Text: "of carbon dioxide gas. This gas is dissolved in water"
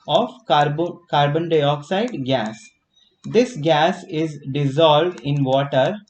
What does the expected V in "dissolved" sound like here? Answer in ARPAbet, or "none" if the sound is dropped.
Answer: V